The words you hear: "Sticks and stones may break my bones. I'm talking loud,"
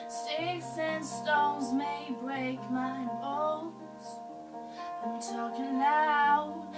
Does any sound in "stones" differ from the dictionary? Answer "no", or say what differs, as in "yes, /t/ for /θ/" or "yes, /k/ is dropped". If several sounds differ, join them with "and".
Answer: no